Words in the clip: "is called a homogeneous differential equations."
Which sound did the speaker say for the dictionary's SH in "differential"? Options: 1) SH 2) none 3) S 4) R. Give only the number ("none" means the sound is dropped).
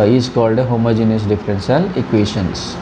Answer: 3